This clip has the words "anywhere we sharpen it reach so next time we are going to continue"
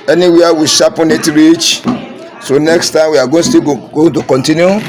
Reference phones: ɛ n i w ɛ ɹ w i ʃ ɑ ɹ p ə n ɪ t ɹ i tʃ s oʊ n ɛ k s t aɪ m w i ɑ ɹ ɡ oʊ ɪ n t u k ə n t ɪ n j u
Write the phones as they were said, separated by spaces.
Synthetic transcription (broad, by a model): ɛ n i w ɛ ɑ w i ʃ ɑ p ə n ɪ t ɹ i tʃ s oʊ n ɛ k s t aɪ m w i ɑ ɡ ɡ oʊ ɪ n t u k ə n t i n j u